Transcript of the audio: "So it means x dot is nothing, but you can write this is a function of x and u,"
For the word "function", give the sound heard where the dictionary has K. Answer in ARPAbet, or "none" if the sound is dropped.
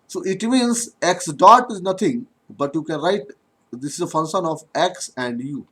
none